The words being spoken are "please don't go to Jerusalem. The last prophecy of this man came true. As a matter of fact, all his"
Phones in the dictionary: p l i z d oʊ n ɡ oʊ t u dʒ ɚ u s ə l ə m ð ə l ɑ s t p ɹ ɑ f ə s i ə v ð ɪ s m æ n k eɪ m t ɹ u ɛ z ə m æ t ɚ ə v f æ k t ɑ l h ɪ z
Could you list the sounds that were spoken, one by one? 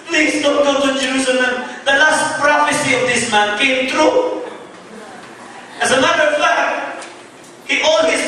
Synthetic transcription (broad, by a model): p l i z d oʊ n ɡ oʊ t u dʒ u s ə n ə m ð ə l ɑ s t p ɹ ɑ f ə s i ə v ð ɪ s m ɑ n k eɪ m t ɹ u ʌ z ə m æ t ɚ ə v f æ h t ɑ l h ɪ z